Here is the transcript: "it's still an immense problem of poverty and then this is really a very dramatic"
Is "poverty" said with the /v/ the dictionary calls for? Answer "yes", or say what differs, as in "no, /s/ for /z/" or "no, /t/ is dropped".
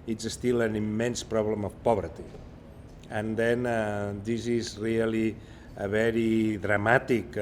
no, /b/ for /v/